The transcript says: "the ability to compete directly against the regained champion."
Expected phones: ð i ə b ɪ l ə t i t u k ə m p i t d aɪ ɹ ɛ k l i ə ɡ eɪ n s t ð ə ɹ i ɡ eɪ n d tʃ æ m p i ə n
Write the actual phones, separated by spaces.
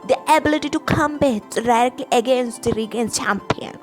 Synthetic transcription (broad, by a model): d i ə b ɪ l ə t i t u k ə m b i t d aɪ ɹ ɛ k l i ə ɡ eɪ n s t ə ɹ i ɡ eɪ n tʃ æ m p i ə n